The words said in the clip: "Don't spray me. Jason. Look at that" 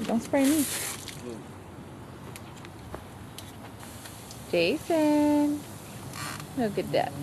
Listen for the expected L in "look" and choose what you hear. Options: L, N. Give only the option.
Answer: N